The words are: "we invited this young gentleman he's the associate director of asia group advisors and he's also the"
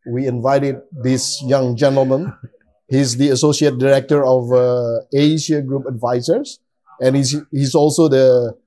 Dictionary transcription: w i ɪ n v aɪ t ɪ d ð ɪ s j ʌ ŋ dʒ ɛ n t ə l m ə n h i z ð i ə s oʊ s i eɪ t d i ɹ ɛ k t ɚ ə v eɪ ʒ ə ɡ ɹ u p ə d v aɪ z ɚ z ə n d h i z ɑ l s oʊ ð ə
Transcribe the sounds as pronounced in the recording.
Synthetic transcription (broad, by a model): w i ɪ n v aɪ t ɪ d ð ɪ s j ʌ ŋ dʒ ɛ n t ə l m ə n h i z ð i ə s oʊ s i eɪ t d i ɹ ɛ k t ɚ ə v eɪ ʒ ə ɡ ɹ u p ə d v aɪ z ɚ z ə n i h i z ɑ l s oʊ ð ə